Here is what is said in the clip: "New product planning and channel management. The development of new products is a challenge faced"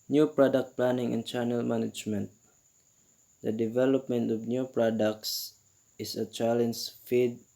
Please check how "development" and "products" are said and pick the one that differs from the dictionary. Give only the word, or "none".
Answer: none